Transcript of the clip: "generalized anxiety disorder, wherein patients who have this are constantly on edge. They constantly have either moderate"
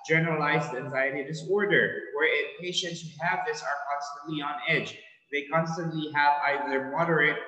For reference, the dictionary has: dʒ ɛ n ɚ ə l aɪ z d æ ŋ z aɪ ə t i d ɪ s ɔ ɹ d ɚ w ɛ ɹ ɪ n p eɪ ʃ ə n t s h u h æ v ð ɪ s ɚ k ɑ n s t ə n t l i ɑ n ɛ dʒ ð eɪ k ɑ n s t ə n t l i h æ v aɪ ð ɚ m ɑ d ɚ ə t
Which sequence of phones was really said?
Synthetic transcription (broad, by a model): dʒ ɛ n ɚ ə l aɪ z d æ ŋ z aɪ ə t i d ɪ s ɔ ɹ d ɚ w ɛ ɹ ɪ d p eɪ ʃ ə n t s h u h æ v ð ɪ s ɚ k ɑ n s t ə n t l i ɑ n ɛ dʒ ð eɪ k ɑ n s t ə n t l i h æ v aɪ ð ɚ m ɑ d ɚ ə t